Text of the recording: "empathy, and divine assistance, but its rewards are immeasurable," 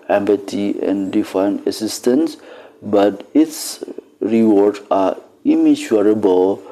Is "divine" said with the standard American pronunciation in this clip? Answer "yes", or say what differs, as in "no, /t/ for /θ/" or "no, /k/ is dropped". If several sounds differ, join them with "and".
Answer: no, /f/ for /v/